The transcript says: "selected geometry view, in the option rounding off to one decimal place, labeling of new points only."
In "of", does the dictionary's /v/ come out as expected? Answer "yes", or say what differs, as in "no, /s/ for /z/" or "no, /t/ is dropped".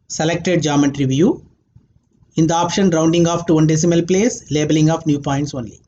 no, /p/ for /v/